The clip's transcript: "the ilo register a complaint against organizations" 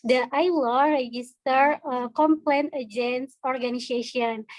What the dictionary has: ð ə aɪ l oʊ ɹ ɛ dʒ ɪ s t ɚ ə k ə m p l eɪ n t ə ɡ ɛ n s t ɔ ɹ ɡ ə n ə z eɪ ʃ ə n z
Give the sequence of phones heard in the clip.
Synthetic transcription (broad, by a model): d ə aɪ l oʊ ɹ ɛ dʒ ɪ s t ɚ ə k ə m p l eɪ n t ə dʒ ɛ n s ɔ ɹ ɡ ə n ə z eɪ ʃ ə n